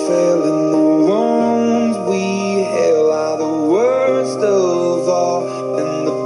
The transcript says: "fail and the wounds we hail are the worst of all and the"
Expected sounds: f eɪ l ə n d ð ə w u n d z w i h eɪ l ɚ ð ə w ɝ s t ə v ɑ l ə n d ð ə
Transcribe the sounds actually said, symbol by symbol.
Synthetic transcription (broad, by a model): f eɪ l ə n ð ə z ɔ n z w i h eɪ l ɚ ð ə w ɝ s t ə v ɑ l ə n ð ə